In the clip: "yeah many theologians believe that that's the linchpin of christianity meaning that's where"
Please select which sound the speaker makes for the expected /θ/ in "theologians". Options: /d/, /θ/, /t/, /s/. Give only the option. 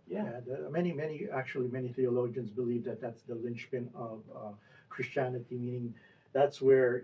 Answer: /θ/